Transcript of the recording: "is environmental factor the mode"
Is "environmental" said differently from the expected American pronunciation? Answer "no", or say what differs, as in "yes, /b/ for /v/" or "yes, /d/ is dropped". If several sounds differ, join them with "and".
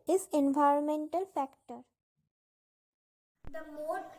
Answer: no